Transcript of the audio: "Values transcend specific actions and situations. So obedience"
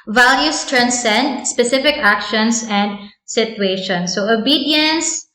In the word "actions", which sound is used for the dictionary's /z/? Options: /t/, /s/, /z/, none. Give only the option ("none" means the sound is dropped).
/s/